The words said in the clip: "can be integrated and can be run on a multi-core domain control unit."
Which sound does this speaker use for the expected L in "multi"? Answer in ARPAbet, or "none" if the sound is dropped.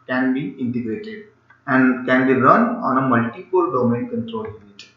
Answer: L